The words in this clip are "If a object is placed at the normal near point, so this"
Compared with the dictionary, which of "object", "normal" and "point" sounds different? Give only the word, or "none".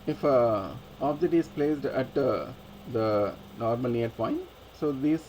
object